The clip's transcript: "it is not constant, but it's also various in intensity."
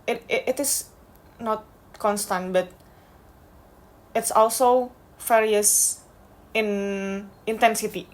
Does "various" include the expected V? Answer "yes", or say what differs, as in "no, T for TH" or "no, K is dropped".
no, F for V